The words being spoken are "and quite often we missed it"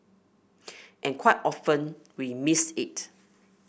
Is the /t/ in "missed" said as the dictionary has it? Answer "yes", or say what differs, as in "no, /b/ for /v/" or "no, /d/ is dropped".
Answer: no, /t/ is dropped